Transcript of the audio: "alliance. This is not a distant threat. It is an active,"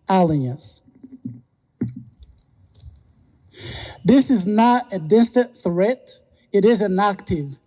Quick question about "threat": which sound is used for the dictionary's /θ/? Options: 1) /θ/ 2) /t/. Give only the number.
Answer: 1